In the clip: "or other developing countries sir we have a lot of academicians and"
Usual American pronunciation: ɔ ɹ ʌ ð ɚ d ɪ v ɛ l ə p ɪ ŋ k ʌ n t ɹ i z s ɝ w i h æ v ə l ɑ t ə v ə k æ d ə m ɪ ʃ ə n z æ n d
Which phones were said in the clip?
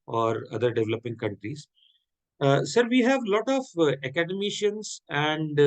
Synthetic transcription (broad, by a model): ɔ ɹ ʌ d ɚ d ɪ v ɛ l ə p ɪ ŋ k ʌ n t ɹ i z s ɝ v i h æ v l ɑ t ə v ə k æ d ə m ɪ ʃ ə n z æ n d